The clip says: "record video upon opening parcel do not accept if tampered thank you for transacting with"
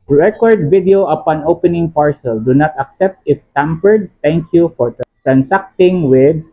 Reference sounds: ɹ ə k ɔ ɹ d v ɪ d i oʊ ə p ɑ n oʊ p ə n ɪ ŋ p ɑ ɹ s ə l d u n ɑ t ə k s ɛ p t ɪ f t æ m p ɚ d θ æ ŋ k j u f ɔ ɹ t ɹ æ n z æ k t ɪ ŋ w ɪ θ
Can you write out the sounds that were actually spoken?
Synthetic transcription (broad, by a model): ɹ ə k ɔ ɹ d v ɪ d i oʊ ə p ɑ n oʊ p ə n ɪ ŋ p ɑ ɹ s ə l d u n ɑ t ə k s ɛ p t ɪ f t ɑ m p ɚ d t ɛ ŋ k j u f ɔ ɹ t ɹ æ n s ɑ k t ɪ ŋ w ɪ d